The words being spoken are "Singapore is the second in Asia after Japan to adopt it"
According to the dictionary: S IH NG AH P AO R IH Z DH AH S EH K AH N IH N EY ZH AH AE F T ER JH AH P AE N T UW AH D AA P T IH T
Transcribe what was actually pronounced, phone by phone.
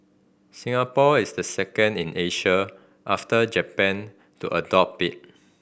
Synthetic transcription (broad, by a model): S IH NG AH P AO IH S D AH S EH K AH N IH N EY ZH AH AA F T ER JH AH P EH N T UW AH D AA P IH T